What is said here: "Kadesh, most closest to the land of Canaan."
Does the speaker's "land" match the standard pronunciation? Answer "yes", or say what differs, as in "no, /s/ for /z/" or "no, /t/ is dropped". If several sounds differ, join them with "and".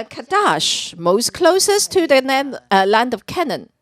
yes